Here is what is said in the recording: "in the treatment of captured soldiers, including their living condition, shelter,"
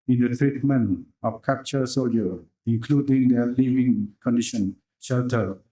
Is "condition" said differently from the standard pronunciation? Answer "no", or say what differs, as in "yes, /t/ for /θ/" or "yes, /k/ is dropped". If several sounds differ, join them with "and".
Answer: no